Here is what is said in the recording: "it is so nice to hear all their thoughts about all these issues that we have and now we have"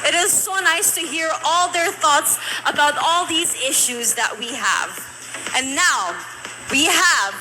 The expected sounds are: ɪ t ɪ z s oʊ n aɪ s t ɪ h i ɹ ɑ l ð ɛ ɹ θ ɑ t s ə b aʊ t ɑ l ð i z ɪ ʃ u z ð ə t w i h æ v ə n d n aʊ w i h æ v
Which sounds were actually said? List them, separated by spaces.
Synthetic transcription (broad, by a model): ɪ t ɪ z s oʊ n aɪ s t ɪ h i ɹ ɑ l ð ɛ ɹ θ ɑ t s ə b aʊ t ɑ l ð i z ɪ ʃ u z ð ə t w i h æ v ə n n aʊ w i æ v